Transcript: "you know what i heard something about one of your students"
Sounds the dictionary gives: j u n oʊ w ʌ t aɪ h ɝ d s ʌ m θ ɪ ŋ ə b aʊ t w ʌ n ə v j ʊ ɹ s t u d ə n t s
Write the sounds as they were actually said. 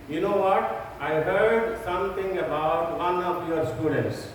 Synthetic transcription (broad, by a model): j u n oʊ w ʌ t aɪ h ɝ d s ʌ m t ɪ ŋ ə b aʊ t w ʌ n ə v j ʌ ɹ s t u d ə n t s